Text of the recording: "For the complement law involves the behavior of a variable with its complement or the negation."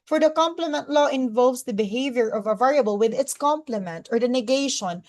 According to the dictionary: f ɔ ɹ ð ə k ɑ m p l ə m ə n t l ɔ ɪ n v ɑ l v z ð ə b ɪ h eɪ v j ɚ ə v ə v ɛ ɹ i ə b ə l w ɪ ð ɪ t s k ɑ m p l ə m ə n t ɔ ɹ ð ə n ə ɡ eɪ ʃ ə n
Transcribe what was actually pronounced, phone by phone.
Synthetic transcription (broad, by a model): f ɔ ɹ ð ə k ɑ m p l ə m ə n t l ɔ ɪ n v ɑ l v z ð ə b ɪ h eɪ v j ɚ ə v ə v ɛ ɹ i ə b ə l w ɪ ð ɪ t s k ɑ m p l ə m ə n t ɔ ɹ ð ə n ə ɡ eɪ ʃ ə n